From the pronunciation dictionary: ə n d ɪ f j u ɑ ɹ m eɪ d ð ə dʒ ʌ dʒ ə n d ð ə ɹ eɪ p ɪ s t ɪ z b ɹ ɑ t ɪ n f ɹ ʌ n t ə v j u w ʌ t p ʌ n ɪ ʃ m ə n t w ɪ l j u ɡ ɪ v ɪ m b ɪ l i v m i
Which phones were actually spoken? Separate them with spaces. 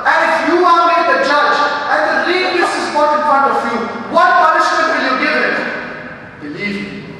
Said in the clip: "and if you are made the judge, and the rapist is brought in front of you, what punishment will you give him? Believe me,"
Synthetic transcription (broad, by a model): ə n ɪ f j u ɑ l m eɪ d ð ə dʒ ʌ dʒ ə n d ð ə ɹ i ɪ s ɪ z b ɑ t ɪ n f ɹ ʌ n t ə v j u w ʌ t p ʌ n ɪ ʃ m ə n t w ɪ l j u ɡ ɪ v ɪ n b ɪ l i v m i